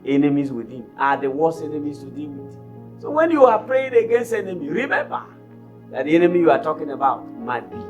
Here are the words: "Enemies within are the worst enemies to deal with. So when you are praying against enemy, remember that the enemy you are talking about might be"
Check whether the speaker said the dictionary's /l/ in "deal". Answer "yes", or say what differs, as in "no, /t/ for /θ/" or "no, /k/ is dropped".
no, /n/ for /l/